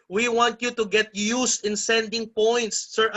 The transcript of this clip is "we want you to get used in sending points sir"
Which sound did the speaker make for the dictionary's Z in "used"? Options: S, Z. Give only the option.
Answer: S